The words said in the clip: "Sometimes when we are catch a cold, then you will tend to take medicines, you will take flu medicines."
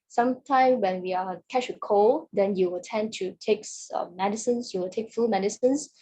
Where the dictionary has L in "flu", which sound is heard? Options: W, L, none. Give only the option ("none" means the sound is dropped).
none